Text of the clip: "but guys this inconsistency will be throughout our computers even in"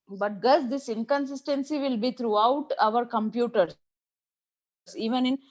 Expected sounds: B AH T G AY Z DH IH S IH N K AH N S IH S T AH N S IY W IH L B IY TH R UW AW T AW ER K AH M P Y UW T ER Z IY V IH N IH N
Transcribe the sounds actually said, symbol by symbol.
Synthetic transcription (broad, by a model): B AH T G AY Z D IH S IH N K AH N S IH S T AH N S IY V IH L B IY T R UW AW T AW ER K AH M P Y UW T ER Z IY V IH N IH N